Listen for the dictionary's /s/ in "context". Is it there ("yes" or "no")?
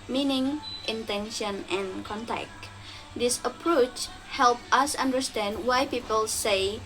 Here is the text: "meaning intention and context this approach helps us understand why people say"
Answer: no